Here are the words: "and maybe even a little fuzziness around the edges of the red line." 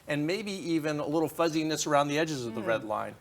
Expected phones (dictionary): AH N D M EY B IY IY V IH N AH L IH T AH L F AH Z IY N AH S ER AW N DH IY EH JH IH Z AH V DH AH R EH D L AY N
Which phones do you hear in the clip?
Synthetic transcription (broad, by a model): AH N M EY B IY IY V IH N AH L IH T L F AH Z IY N AH S ER AW N DH IY EH JH IH Z AH V DH AH R EH D L AY N